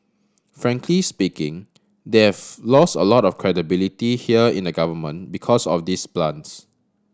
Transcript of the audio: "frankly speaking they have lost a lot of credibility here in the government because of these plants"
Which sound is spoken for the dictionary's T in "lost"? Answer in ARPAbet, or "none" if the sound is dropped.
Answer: T